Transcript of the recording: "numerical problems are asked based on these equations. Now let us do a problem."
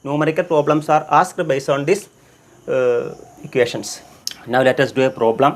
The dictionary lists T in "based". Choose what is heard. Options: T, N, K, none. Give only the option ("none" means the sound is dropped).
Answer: none